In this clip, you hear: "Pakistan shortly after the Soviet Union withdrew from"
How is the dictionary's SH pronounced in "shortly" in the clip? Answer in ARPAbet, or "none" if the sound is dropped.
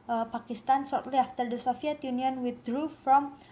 S